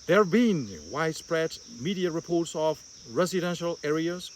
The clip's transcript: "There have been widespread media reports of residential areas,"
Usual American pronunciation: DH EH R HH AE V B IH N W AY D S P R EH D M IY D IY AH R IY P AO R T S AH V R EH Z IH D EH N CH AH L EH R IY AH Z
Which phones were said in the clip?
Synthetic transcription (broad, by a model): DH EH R B IH N W AY D S P R EH D M IY D IY AH R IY P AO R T S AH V R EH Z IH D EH N SH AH L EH R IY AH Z